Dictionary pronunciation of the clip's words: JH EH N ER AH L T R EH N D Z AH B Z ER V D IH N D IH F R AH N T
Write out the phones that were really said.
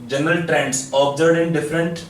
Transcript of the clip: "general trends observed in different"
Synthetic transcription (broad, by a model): JH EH N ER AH L T R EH N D S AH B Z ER D IH N D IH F R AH N T